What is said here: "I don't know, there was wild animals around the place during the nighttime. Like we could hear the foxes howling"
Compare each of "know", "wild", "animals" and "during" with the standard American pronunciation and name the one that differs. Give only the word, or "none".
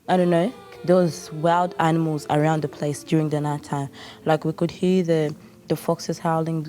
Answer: none